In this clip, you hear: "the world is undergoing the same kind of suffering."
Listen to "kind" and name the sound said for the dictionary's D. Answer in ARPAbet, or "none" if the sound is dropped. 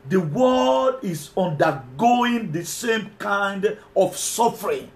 D